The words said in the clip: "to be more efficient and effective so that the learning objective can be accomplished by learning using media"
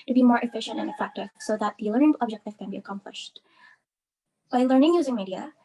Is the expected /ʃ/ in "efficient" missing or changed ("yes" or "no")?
no